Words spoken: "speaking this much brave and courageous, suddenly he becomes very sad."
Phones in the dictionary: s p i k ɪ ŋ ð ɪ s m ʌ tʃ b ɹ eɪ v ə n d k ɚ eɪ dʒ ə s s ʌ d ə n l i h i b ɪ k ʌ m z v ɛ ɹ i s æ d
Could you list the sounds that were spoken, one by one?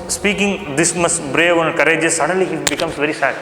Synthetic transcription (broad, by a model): s p i k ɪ ŋ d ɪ s m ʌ s b ɹ eɪ v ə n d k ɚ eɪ dʒ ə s s ʌ d ə n l i h i b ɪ k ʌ m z v ɛ ɹ i s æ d